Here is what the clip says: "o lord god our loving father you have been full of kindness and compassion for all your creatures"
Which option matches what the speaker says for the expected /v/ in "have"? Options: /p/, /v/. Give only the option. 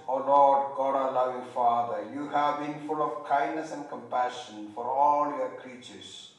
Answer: /v/